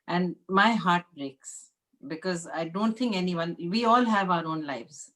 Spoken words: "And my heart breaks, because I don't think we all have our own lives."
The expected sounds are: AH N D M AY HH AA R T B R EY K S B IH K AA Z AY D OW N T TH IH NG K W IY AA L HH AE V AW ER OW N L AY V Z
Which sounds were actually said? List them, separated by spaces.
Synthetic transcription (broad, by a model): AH N D M AY HH AA R T B R EY K S B IH K AA Z AY D OW N T T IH NG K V IY AA L HH AE V AW ER OW N L AY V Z